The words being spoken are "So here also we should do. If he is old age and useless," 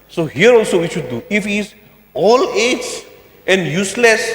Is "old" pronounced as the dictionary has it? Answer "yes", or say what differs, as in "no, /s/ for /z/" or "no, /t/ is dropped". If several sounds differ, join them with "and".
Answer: no, /d/ is dropped